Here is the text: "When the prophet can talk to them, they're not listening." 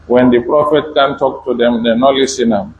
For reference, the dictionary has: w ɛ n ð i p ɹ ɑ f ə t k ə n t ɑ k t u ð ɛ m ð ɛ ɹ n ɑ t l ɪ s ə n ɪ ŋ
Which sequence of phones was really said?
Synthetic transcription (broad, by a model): w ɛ n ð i p ɹ ɑ f ə t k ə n t ɑ k t u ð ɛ m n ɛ n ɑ l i s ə n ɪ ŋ